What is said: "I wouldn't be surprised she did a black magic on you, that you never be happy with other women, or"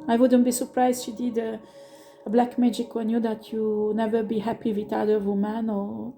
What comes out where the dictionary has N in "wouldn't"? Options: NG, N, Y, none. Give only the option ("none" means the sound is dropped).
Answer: N